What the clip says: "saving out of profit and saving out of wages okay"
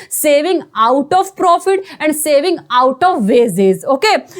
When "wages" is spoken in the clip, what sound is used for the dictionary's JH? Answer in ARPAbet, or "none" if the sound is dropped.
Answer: Z